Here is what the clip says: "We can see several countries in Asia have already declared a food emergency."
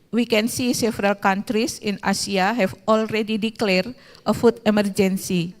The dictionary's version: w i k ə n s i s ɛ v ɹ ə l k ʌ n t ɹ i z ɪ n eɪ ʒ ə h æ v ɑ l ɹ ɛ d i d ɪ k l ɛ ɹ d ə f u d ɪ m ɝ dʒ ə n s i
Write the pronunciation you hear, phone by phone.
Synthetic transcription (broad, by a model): w i k ə n s i s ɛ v ɹ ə l k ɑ n t ɹ i s ɪ n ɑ s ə h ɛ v ɑ l ɹ ɛ d i d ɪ k l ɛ ɹ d ə f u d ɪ m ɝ dʒ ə n s i